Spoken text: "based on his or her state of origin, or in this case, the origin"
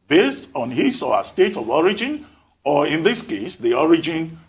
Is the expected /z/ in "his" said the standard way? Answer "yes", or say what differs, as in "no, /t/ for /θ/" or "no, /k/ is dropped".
no, /s/ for /z/